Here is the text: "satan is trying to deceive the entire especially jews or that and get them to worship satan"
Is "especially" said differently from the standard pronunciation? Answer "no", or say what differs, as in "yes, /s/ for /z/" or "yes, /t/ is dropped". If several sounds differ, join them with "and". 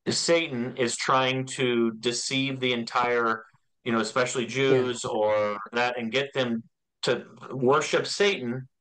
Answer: no